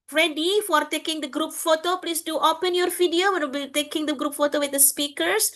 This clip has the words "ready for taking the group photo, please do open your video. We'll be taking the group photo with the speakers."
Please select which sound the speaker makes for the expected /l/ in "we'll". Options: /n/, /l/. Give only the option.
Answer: /n/